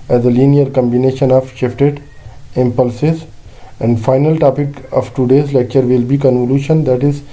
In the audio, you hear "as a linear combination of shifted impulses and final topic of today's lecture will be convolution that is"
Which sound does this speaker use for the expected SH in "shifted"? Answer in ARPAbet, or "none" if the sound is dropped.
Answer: SH